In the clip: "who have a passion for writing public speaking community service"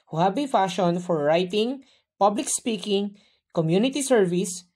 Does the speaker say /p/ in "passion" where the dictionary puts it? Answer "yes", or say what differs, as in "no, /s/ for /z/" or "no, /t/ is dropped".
no, /f/ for /p/